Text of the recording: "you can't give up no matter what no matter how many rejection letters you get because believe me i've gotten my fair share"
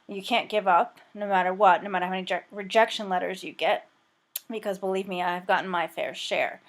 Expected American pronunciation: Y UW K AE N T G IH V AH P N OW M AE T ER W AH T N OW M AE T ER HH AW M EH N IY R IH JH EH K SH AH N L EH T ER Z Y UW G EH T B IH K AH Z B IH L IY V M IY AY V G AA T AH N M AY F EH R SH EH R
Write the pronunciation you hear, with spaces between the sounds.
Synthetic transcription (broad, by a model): Y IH K AE N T G IH V AH P N OW M AE T ER W AH T N OW M AE T ER HH AW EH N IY R IH JH EH K SH AH N L EH T ER Z Y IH G EH T B IH K AH Z B IH L IY V M IY AY V G AA T N M AY F EH R SH EH R